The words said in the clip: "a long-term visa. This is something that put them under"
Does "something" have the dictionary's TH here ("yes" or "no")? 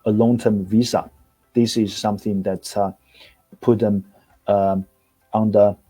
yes